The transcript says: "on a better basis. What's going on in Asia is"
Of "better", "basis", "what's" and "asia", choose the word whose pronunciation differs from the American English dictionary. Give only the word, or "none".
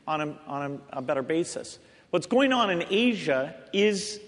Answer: none